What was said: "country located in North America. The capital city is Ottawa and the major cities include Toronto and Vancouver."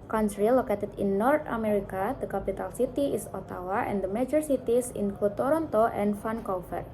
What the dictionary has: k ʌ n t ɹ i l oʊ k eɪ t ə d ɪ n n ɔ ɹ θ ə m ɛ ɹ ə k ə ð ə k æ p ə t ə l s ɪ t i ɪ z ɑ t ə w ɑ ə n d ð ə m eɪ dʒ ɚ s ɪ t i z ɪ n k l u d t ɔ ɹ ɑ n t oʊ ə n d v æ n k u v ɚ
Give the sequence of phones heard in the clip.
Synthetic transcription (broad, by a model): k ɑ n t ɹ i l oʊ k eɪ t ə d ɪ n n ɔ ɹ t ə m ɛ ɹ ə k ə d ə k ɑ p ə t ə l s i t i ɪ s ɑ t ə w ɑ ə n d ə m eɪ dʒ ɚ s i t i s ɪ n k u t ɔ ɹ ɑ n t oʊ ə n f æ n k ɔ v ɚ